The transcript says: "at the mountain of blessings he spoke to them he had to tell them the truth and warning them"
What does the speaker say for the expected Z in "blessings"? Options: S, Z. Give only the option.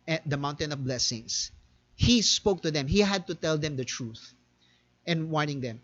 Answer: S